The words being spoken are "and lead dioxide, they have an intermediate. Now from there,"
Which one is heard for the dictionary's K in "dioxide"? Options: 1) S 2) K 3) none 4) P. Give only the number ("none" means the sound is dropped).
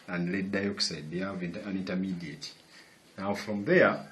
2